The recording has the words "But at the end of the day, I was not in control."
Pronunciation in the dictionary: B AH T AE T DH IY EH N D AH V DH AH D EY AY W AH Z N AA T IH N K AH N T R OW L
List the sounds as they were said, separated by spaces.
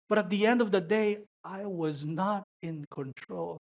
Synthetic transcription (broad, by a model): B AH T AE T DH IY EH N D AH V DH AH D EY AY W AH Z N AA T IH N K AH N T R OW L